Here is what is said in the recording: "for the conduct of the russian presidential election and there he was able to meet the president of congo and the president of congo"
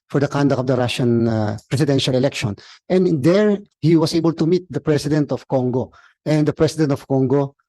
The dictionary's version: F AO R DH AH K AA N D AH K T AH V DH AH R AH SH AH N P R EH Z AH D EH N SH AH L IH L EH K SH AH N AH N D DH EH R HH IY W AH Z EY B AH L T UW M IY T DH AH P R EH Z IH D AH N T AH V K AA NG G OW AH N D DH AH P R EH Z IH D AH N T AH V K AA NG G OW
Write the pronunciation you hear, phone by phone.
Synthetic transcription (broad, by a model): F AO R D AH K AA N D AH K AH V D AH R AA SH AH N P R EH S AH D EH N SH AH L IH L EH K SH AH N AH N D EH R HH IY W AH S EY B AH L T UW M IY T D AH P R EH S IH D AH N T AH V K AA NG G OW AH N D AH P R EH S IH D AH N T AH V K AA NG G OW